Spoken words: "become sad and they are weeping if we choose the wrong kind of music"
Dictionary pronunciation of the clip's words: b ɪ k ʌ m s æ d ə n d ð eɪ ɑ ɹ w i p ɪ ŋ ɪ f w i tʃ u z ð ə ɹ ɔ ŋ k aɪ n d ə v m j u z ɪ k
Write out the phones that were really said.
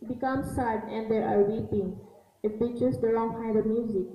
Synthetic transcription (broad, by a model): b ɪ k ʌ m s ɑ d ə n d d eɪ ɑ ɹ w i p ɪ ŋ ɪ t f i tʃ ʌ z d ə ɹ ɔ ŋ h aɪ d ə m j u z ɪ k